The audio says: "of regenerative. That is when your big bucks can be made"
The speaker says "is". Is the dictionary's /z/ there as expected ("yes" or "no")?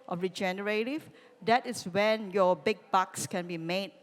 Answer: no